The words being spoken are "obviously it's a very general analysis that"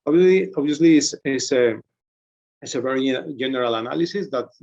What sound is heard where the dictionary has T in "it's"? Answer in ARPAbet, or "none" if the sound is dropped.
S